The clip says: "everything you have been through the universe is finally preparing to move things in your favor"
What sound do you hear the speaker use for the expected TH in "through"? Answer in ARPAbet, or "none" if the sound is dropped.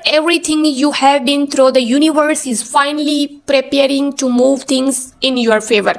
T